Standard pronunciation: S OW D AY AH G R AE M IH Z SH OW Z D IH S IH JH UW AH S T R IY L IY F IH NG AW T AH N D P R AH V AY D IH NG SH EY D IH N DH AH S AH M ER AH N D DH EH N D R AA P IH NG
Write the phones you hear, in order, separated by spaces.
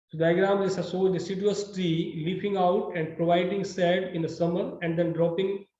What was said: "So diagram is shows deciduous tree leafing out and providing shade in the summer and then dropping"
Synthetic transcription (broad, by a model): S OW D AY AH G R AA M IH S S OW D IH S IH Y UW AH S T R IY L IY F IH NG AW T AH N D P R AH V AY D IH NG S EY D IH N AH S AH M ER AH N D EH N D R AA P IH NG